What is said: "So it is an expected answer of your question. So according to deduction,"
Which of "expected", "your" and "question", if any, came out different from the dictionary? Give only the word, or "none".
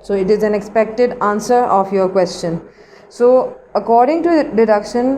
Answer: none